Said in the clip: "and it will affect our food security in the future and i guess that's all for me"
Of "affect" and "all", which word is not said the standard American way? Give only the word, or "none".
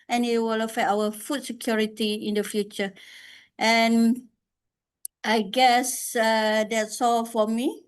affect